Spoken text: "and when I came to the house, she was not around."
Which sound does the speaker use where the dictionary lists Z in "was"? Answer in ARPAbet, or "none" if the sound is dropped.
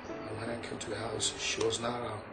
Z